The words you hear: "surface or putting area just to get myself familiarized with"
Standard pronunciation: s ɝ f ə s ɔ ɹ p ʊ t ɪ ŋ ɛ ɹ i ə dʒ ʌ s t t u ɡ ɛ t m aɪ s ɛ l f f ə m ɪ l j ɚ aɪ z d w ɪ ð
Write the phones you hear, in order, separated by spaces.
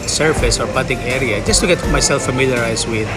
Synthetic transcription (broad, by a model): s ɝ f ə s ɔ ɹ b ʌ t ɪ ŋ ɛ ɹ i ə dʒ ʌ s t t u ɡ ɛ t m aɪ s ɛ l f f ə m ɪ l j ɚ aɪ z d w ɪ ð